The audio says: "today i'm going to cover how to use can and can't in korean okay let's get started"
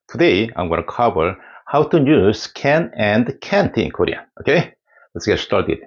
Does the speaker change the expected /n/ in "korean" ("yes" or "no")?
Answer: yes